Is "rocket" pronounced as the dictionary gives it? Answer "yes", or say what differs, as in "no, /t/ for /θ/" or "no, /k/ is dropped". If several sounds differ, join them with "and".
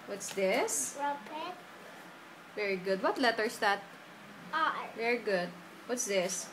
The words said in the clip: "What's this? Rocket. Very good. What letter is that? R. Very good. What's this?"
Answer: no, /w/ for /ɹ/